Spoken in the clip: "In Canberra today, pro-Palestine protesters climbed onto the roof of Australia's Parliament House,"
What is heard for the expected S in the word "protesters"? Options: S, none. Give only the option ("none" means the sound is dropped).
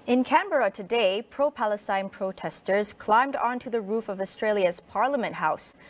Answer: S